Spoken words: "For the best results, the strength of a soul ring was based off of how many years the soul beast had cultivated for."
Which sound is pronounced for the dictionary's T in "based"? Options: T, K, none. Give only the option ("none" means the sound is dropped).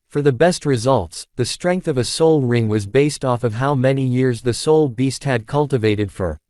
T